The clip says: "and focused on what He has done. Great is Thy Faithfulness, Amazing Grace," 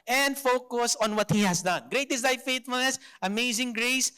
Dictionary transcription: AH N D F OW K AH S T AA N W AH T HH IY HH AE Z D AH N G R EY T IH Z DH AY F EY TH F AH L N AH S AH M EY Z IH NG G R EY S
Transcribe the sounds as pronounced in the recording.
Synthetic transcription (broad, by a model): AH N D F OW K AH S AA N W AH T HH IY HH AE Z D AH N G R EY T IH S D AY F EY T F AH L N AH S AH M EY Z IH NG G R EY S